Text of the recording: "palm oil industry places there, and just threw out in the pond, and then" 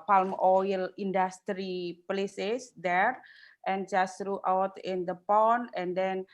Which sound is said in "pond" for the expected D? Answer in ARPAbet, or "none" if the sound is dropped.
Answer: none